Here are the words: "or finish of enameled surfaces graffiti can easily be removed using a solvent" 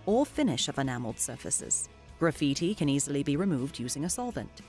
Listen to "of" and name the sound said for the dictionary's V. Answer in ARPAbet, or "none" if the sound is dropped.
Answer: V